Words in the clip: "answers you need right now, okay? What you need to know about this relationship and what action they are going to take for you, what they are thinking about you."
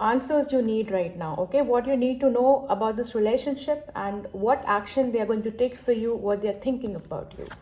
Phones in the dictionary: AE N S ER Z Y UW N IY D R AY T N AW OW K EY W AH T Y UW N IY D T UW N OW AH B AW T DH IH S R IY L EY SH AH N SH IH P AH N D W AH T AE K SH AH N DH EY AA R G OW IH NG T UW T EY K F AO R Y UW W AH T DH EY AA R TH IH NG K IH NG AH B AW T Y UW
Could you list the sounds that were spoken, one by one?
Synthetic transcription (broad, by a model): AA N S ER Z Y UW N IY D R AY T N AW OW K EY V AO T Y UW N IY D T UW N OW AH B AW T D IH S R IY L EY SH AH N SH IH P AH N D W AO T AE K SH AH N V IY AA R G OW IH NG T UW T EY K F AO R Y UW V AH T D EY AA R T IH NG K IH NG AH B AW T Y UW